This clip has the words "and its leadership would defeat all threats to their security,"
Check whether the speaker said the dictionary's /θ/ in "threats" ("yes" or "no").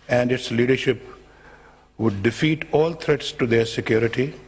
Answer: no